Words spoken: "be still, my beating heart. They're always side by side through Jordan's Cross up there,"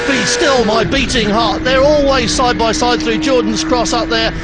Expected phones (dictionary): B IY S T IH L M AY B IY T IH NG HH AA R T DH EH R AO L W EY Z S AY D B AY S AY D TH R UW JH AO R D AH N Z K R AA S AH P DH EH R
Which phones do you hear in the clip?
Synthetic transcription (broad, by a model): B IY S T IH L M AY B IY T IH NG HH AA R T DH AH R AO L W EY Z S AY D B AY S AY D TH R UW JH AO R D N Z K R AA S AH P DH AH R